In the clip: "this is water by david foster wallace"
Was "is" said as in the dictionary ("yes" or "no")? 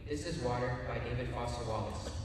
yes